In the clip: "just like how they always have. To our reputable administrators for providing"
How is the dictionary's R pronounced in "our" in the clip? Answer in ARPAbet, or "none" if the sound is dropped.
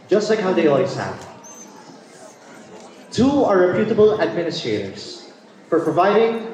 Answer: R